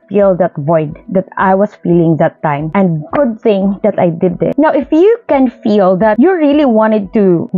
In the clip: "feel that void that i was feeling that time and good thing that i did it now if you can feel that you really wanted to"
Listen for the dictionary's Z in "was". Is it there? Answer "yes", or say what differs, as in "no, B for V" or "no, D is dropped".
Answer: no, S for Z